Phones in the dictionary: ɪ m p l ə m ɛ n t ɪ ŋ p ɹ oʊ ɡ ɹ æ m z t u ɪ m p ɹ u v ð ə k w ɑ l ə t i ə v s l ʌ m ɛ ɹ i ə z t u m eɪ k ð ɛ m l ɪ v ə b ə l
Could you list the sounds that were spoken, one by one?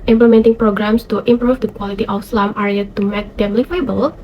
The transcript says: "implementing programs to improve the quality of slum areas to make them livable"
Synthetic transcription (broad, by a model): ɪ m p l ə m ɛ n t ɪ ŋ p ɹ oʊ ɡ ɹ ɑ m s t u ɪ m p ɹ u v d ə k w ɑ l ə t i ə f s l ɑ m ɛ ɹ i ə t u m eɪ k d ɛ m l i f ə b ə l